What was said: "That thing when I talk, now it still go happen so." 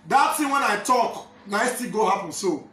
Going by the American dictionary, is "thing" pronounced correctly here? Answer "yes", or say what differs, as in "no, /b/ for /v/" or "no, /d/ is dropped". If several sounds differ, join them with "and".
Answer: no, /s/ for /θ/